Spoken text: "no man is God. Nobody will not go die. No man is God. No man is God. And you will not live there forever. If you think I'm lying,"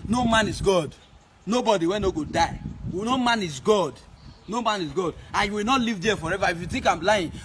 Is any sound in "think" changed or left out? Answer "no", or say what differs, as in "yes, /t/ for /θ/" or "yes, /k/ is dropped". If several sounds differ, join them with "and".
yes, /t/ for /θ/